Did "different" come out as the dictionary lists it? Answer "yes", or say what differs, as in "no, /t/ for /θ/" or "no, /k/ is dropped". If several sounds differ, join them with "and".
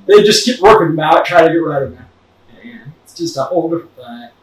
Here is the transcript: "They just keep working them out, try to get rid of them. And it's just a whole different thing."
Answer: no, /f/ is dropped